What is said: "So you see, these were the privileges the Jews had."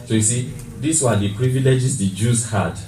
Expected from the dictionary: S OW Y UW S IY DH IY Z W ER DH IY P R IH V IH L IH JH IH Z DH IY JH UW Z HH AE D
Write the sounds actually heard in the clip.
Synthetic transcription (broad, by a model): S OW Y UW S IY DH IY S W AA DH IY P R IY V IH L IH JH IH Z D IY JH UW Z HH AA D